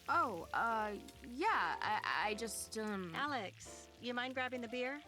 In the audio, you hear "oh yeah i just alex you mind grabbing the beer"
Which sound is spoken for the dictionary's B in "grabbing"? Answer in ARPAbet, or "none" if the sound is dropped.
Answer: B